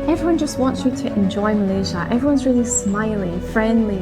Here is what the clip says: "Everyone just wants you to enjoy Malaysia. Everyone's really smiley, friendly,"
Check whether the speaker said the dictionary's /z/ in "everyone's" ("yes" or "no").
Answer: yes